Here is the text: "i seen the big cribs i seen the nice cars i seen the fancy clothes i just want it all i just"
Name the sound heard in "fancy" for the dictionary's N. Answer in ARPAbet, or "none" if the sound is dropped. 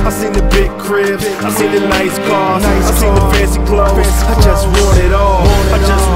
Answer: none